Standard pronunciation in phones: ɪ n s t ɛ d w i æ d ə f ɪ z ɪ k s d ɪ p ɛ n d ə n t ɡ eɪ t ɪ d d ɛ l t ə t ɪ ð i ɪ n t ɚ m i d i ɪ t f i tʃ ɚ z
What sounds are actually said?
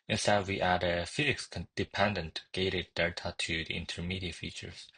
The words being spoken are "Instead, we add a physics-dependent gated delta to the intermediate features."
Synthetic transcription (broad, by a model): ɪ n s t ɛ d w i æ d ə f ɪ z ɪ k s d ɪ p ɛ n d ə n t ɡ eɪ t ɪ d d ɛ t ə t ɪ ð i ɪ n t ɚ m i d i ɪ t f i tʃ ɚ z